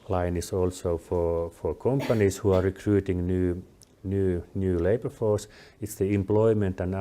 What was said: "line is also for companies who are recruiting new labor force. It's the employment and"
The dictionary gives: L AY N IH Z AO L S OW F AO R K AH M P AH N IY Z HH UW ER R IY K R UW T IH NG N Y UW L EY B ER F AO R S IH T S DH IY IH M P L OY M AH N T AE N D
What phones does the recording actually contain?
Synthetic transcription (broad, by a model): L AY N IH S AO L S OW F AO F K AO M P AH N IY S HH UW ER R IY K R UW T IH NG N Y UW L EY B ER F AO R S IH T S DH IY IH M P L OY M AH N T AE N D